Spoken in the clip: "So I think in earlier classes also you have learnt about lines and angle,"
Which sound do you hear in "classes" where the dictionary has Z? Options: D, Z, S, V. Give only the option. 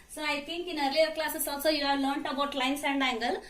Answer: S